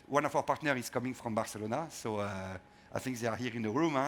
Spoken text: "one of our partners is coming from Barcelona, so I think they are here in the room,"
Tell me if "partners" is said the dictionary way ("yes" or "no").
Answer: no